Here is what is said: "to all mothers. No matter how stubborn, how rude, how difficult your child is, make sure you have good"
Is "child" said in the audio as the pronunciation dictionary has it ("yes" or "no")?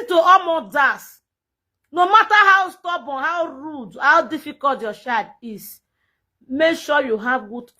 no